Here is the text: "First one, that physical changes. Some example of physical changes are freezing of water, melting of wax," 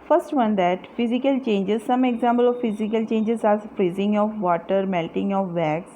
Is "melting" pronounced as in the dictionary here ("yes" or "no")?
yes